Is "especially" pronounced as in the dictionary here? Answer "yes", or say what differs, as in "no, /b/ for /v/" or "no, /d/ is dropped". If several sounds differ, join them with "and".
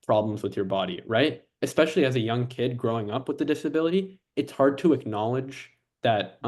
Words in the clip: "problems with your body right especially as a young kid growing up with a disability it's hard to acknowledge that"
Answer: yes